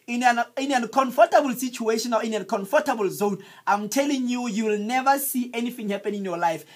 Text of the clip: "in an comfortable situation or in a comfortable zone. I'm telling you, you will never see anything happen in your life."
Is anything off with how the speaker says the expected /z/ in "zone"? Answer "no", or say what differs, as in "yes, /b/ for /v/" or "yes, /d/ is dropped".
no